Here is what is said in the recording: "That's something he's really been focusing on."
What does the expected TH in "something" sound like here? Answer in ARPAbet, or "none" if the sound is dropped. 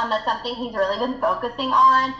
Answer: TH